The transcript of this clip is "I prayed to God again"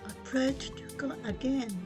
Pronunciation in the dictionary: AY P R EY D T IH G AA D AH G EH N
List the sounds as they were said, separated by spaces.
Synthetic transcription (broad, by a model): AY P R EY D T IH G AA AH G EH N